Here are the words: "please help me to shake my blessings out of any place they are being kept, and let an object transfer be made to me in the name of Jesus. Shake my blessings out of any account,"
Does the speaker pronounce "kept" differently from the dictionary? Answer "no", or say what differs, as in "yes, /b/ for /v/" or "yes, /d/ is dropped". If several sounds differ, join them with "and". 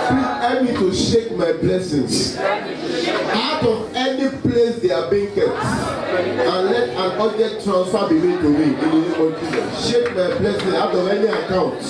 yes, /p/ is dropped